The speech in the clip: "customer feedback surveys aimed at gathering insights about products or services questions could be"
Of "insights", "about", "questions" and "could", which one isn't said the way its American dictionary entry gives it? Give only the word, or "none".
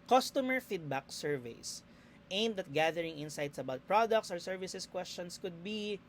questions